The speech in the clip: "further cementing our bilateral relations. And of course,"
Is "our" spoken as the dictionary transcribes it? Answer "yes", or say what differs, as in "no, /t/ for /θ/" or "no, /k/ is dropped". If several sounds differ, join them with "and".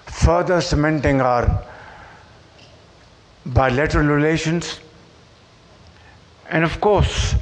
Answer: yes